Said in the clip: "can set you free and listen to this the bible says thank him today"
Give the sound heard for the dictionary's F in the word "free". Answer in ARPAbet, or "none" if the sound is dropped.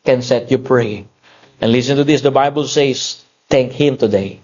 P